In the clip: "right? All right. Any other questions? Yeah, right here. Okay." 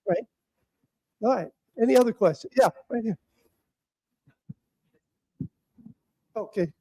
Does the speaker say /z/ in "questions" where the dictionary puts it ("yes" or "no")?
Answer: no